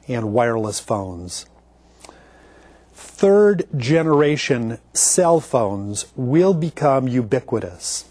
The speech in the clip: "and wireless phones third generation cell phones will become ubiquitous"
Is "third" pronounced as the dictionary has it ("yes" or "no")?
yes